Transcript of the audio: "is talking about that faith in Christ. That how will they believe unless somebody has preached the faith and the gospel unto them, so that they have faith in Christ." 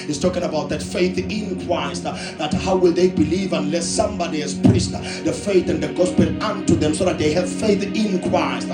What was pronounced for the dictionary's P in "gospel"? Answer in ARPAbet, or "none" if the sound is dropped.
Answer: P